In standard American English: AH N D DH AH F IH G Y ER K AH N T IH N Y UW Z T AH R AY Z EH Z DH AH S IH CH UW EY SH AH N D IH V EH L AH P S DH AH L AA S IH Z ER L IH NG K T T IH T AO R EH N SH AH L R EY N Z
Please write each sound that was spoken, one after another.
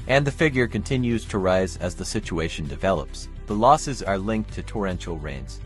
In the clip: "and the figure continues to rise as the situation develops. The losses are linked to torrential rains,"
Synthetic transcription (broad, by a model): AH N DH AH F IH G Y ER K AH N T IH N Y UW Z T AH R AY Z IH Z DH AH S IH CH UW EY SH N D IH V EH L AH P S DH AH L AA S IH Z ER L IH NG K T T IH T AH R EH N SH L R EY N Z